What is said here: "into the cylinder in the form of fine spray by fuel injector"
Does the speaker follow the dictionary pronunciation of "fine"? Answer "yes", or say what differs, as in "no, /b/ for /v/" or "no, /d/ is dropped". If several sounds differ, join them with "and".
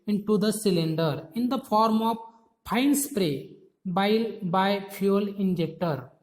no, /p/ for /f/